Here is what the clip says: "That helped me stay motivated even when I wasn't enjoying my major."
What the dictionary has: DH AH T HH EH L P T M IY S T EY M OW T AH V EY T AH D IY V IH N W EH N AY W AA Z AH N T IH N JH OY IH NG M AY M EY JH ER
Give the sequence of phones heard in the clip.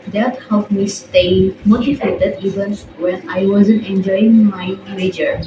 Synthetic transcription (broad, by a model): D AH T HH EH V M IY S T EY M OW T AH F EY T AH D IY V IH N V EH N AY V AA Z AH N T IH N JH OY IH NG M AY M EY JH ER